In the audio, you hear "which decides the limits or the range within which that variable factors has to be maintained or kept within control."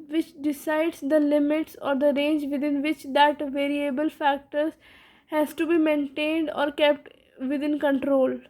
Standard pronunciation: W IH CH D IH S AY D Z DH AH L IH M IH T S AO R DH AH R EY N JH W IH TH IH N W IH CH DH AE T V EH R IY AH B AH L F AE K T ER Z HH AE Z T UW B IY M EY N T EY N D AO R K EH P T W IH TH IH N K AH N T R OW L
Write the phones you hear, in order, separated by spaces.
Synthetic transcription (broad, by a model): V IH CH D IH S AY D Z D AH L IH M IH T S AO R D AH R EY N JH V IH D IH N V IH CH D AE T V EH R IY AH B AH L F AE K T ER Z HH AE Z T UW B IY M EY N T EY N D AO R K EH P T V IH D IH N K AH N T R OW L